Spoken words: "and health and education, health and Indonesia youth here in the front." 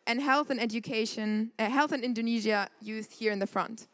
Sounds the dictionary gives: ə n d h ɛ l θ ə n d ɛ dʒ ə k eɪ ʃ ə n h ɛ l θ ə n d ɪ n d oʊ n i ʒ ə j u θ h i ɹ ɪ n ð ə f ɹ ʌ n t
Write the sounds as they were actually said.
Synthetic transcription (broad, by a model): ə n h ɛ l θ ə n ɛ dʒ ə k eɪ ʃ ə n h ɛ l θ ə n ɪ n d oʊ n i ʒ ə j u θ h i ɹ ɪ n ð ə f ɹ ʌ n t